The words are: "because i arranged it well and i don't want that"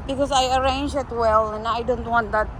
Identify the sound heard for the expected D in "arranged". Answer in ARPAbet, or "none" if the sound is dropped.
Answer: none